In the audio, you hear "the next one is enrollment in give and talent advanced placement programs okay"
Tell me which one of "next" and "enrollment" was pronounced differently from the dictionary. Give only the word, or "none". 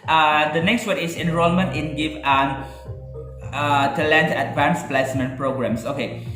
none